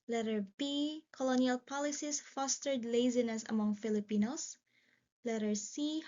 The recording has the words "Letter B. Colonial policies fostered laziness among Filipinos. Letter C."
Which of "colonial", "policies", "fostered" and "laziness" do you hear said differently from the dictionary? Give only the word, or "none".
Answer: policies